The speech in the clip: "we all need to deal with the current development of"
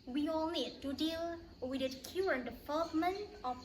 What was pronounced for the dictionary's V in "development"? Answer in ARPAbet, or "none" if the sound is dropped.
F